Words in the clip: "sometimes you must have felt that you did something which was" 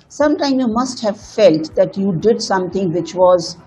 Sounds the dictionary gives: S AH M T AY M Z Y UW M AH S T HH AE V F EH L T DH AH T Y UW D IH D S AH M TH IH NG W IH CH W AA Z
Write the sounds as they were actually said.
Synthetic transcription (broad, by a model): S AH M T AY M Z Y UW M AH S T HH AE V F EH L T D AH T Y UW D IH D S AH M T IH NG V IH CH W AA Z